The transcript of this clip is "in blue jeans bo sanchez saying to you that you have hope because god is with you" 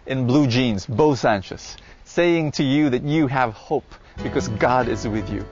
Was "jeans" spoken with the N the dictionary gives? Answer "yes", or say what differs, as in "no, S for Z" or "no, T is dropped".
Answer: yes